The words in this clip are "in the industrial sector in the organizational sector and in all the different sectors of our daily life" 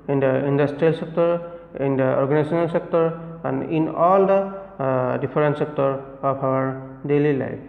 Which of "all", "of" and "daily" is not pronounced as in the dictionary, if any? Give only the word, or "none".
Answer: of